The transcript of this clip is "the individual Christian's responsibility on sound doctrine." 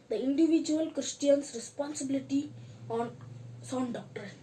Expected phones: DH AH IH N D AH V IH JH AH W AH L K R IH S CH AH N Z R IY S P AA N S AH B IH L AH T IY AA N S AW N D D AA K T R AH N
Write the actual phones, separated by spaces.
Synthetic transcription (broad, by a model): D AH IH N D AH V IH JH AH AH L K R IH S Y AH N S R IY S P AA N S AH B IH L AH T IY AA N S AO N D D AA K T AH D